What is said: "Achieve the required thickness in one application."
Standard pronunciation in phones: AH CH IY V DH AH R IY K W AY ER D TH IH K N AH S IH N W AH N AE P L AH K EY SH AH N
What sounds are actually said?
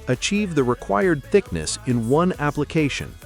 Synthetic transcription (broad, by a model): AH CH IY V DH AH R IY K W AY ER D TH IH K N AH S IH N W AH N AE P L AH K EY SH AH N